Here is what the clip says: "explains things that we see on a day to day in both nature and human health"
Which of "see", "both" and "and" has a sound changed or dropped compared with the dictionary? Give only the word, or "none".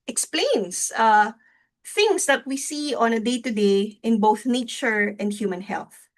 none